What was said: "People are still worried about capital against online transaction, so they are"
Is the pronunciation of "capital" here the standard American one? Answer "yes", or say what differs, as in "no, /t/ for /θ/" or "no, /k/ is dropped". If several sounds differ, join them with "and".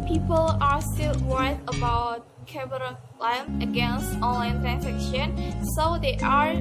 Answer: no, /b/ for /p/